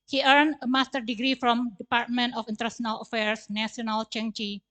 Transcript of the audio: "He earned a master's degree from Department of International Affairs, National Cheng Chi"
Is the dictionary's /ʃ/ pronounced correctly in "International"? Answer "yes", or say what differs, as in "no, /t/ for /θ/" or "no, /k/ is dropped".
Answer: no, /ʃ/ is dropped